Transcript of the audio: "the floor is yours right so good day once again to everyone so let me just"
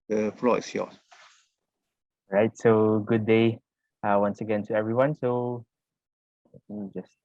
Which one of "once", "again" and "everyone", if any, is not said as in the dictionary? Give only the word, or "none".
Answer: none